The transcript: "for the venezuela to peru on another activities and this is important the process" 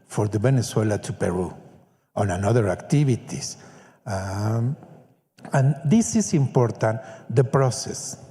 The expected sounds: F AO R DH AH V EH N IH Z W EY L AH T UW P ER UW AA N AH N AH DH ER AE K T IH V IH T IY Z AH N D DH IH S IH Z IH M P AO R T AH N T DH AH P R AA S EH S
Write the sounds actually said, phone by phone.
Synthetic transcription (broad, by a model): F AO R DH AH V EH N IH S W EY L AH T UW P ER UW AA N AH N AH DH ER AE K T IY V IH T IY S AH N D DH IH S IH S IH M P AO R T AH N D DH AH P R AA S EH S